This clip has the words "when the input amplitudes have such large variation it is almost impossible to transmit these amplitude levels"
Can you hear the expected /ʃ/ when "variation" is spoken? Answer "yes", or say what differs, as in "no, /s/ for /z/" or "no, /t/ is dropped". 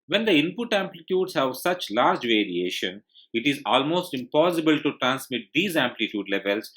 yes